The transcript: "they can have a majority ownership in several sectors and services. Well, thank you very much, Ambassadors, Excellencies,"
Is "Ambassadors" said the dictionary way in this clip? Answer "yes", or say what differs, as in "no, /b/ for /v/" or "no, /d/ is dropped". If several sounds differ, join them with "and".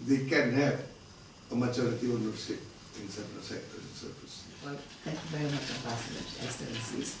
no, /z/ is dropped